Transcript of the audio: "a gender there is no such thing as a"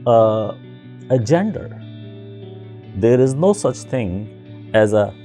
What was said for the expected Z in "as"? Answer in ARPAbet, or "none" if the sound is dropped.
Z